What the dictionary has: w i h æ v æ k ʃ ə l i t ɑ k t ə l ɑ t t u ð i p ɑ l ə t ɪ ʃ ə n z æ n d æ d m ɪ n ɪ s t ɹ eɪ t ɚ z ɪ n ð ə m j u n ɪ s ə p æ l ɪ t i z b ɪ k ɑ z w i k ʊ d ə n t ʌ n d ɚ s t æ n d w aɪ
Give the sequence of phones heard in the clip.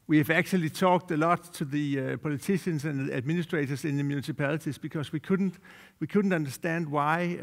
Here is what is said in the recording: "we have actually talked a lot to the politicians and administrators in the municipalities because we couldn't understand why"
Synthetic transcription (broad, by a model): w i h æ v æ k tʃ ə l i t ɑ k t ə l ɑ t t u ð i p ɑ l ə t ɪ ʃ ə n s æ n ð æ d m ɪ n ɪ s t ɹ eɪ t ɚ s ɪ n ð ə m j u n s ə p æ l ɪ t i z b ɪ k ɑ s w i k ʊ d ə n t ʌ n d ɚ s t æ n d w aɪ